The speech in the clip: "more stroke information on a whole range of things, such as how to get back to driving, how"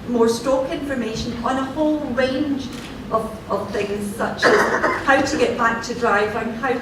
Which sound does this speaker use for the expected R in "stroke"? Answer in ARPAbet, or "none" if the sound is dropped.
none